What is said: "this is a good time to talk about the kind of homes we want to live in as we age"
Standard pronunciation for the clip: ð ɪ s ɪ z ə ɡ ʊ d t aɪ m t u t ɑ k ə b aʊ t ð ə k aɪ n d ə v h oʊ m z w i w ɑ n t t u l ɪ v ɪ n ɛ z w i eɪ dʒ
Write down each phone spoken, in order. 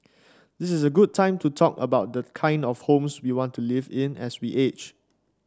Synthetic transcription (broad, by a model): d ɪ s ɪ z ə ɡ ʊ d t aɪ m t u t ɑ k ə b aʊ t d ə k aɪ n d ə f h oʊ m s w i w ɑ n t t u l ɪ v ɪ n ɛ s w i eɪ tʃ